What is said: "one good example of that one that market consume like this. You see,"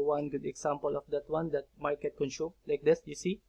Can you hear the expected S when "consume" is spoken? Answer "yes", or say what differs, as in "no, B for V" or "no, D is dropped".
no, SH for S